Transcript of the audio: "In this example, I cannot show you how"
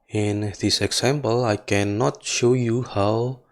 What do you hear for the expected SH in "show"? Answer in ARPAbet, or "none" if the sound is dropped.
SH